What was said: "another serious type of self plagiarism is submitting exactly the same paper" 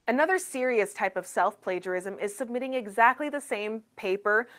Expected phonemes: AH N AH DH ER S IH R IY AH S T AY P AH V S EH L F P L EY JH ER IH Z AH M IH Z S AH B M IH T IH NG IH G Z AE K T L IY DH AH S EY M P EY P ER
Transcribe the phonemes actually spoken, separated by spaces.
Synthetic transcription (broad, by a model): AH N AH DH ER S IH R IY AH S T AY P AH V S EH L F P L EY JH ER IH Z AH M IH Z S AH B M IH T IH NG IH G Z AE K T L IY DH AH S EY M P EY P ER